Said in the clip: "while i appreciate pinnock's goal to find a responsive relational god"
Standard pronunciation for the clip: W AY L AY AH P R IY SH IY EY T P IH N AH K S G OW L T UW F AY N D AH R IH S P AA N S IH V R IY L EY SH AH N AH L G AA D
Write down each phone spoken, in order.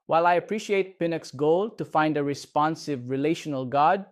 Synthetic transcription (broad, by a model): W AY L AY AH P R IY SH IY EY T P IH N AH K S G OW L T UW F AY N D AH R IH S P AA N S IH V R IY L EY SH AH N AH L G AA D